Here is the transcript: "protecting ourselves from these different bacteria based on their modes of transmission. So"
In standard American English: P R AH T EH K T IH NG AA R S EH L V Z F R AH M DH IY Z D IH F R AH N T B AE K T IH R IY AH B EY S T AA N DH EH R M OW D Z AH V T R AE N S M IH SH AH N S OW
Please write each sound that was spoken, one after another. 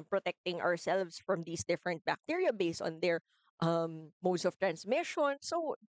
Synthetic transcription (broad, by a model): P R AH T EH K T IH NG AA R S EH L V S F R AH M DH IY S D IH F R AH N T B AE K T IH R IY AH B EY S T AA N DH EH R M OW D S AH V T R AE N S M IH SH AH N S OW